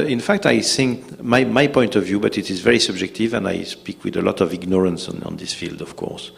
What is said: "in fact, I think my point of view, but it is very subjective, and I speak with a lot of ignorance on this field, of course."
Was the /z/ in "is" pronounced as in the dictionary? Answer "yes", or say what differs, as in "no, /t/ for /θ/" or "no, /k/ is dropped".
yes